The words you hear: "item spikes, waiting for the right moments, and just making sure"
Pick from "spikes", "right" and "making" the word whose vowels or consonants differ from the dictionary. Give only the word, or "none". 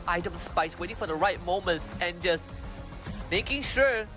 spikes